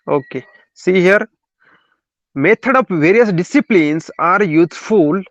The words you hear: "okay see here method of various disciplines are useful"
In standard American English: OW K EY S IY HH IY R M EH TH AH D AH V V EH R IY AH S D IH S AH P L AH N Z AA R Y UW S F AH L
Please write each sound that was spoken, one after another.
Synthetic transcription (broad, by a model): OW K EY S IY HH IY R M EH T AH D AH P V EH R IY AH S D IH S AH P L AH N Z AA R Y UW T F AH L